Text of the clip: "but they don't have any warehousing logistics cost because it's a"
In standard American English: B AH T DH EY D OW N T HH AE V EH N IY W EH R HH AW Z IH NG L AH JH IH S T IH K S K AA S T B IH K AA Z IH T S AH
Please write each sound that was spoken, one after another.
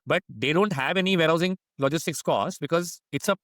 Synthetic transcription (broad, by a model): B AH T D EY D OW N T HH AE V EH N IY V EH R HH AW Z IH NG L AH JH IH S T IH K S K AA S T B IH K AA Z IH T S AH